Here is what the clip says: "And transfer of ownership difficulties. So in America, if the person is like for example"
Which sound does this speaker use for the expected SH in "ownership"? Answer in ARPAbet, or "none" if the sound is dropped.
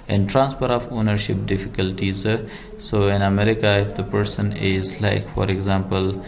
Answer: SH